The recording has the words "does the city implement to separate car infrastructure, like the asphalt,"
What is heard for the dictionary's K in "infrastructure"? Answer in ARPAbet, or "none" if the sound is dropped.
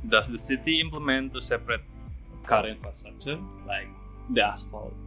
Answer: none